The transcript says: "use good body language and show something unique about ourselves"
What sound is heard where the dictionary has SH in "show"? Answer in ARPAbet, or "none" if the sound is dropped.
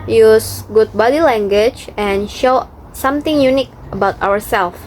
SH